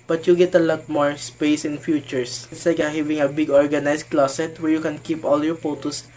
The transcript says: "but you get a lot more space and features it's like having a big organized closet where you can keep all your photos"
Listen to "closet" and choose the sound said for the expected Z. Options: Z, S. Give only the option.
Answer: S